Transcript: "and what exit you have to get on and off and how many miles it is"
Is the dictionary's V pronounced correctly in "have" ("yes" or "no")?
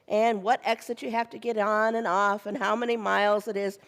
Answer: no